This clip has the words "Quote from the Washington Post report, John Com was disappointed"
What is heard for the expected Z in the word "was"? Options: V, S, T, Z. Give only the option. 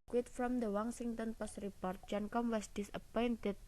S